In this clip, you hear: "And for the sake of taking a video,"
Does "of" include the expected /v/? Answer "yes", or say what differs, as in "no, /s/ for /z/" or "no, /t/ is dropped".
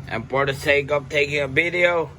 no, /p/ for /v/